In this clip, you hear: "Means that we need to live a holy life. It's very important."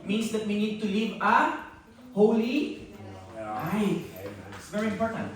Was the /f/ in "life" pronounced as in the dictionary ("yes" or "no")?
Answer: no